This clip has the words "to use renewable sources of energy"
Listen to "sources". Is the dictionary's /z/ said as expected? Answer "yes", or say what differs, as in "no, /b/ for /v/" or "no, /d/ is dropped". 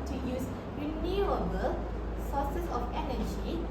no, /s/ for /z/